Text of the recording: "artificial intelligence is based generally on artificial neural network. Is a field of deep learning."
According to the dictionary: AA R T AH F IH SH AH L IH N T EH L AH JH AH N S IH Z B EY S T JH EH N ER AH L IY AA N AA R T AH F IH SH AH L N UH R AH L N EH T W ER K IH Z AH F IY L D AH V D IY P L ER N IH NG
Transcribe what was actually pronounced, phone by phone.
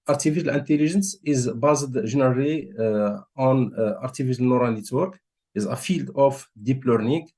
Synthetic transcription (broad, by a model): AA R T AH F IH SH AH L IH N T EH L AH ZH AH N S IH Z B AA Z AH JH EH N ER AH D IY AA N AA R T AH F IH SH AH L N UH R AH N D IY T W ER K IH Z AH F IY L D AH F D IY P L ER N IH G